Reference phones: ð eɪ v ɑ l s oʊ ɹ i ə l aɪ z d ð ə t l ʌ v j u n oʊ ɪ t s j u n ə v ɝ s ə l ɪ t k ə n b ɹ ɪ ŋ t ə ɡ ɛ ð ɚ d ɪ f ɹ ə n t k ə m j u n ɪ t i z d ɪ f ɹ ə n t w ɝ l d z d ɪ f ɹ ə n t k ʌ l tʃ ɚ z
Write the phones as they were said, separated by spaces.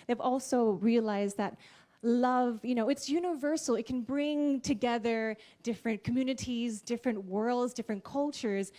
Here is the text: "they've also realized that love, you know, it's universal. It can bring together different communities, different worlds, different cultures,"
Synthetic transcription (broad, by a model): ð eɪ v ɑ l s oʊ ɹ i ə l aɪ z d ð ə t l ʌ v j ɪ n oʊ ɪ t s j u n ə v ɝ s l ɪ t k n b ɹ ɪ ŋ t ə ɡ ɛ ð ɚ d ɪ f ɹ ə n k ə m j u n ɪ t i z d ɪ f ɹ ə n t w ɝ l d z d ɪ f ɹ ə n k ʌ l tʃ ɚ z